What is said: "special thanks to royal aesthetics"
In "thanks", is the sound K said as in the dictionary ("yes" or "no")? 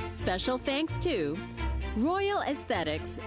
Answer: yes